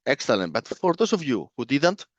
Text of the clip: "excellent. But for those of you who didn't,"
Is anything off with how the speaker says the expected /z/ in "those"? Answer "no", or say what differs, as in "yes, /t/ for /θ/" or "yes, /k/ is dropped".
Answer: yes, /s/ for /z/